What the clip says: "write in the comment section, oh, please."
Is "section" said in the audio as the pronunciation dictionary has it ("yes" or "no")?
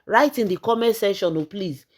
no